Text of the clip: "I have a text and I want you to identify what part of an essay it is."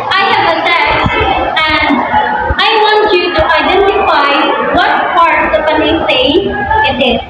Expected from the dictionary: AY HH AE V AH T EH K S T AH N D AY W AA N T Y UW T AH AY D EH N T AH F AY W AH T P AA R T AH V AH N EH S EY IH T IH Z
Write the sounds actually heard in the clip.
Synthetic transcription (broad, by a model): AY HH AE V AH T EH S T AH N D AY W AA N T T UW T AH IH D EH N T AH F AY W AH T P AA R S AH P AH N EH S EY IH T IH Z